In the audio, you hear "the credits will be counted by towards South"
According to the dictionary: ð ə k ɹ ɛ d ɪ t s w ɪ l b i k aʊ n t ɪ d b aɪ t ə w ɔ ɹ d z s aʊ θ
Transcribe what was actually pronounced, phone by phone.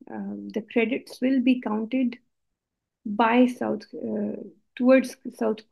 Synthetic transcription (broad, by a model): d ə k ɹ ɛ d ɪ t s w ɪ l b i k aʊ n t ɪ d b aɪ s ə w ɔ ɹ d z s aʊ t